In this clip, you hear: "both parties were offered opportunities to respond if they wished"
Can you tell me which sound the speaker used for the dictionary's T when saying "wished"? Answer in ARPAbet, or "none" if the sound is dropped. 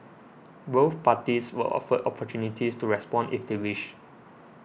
none